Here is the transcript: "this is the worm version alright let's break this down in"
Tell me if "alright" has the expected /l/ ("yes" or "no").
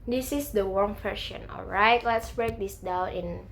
yes